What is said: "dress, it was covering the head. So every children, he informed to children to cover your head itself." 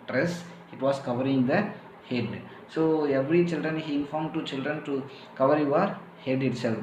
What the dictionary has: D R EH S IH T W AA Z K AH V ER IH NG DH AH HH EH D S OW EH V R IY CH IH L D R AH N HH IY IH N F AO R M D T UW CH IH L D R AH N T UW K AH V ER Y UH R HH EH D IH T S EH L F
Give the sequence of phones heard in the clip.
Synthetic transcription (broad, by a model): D R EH S IH T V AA S K AH V ER IH NG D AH HH EH D S OW EH V R IY CH IH L D R AH N HH IY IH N F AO R M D T UW CH IH L D R AH N T UW K AH V ER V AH R HH EH D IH T S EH L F